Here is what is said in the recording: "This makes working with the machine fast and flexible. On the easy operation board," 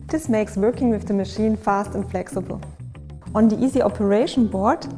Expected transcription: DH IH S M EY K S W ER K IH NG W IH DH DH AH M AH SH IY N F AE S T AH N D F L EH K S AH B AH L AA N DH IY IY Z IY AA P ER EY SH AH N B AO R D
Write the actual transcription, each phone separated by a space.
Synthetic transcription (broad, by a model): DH IH S M EY K S W ER K IH NG W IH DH DH AH M AH SH IY N F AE S T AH N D F L EH K S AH B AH L AA N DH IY IY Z IY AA P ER EY SH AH N B AO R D